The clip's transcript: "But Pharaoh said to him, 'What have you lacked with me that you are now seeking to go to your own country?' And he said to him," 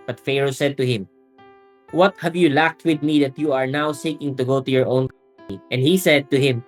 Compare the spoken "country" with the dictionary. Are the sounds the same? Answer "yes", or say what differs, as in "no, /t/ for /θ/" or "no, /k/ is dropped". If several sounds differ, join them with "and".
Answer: no, /n/ is dropped and /ɹ/ is dropped